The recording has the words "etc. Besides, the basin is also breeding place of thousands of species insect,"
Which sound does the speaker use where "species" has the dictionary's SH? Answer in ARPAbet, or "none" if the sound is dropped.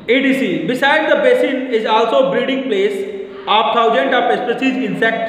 S